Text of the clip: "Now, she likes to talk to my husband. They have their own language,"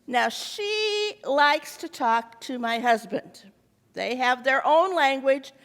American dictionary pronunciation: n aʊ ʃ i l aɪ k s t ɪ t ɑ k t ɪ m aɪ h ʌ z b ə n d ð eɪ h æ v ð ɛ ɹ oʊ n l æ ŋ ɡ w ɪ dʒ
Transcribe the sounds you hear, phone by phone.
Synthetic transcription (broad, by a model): n aʊ ʃ i l aɪ k s t ɪ t ɑ k t ɪ m aɪ h ʌ z b ə n d ð eɪ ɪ v ð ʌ ɹ oʊ n l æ ŋ ɡ w ɪ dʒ